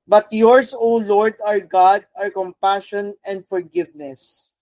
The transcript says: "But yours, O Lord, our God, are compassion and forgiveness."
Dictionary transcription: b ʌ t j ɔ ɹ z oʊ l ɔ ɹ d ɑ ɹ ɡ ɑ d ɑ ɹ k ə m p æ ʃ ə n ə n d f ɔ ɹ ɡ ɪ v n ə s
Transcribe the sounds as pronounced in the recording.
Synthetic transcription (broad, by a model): b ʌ t j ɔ ɹ s oʊ l ɔ ɹ d ɑ ɹ ɡ ɑ d ɑ ɹ k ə m p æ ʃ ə n ə n d f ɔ ɹ ɡ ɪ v n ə s